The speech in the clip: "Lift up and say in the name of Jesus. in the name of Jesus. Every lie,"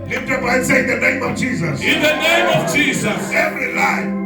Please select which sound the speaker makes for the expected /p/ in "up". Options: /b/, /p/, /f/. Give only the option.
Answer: /b/